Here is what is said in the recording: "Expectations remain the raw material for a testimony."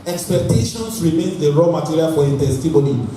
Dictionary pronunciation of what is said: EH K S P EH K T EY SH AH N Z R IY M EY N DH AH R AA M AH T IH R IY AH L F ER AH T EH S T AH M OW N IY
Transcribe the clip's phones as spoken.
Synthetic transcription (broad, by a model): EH K S P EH K T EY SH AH N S R IY M EY N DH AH R AA M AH T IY R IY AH L F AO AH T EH S T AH M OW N IY